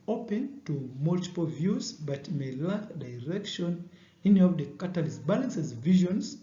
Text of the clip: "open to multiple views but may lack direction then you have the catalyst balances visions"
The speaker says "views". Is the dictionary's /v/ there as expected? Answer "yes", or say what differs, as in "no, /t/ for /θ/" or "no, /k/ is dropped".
yes